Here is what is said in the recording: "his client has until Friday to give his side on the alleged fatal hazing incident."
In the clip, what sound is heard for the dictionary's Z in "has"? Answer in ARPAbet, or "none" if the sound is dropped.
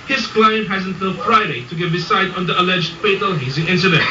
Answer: Z